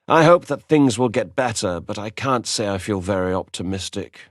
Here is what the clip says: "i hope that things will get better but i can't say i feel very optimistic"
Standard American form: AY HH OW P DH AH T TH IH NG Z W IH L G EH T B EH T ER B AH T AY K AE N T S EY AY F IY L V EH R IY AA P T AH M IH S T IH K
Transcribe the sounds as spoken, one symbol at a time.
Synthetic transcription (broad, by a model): AY HH OW P DH AH T TH IH NG Z W IH L G EH T B EH T ER B AH T AY K AE N T S EY AY F IY L V EH R IY AA P T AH M IH S T IH K